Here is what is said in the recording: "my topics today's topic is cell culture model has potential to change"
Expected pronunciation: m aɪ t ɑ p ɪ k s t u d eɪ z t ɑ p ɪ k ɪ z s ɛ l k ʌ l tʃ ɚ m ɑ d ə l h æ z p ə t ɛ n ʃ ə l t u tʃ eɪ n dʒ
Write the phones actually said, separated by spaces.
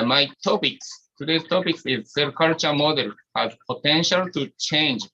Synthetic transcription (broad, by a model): m aɪ t ɑ p ɪ k s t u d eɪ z t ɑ p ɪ k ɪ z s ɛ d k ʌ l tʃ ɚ m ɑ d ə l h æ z p ə t ɛ n ʃ ə l t u tʃ eɪ n dʒ